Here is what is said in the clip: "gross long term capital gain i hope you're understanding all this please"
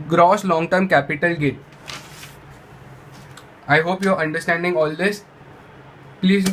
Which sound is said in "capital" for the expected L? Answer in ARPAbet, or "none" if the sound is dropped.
L